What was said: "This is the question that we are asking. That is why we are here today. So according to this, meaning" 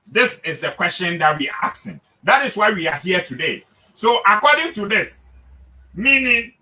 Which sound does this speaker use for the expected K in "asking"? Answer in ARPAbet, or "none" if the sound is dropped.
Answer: none